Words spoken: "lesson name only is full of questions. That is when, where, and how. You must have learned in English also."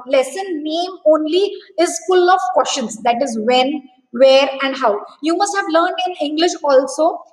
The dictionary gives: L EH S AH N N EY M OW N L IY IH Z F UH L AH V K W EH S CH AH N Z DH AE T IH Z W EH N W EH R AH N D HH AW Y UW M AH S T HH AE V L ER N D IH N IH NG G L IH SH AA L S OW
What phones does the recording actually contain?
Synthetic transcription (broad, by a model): L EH S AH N N EY M OW N L IY IH Z F UH L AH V K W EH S SH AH N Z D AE T IH Z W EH N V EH R AH N D HH AW Y UW M AH S T HH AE V L ER N D IH N IH NG G L IH SH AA L S OW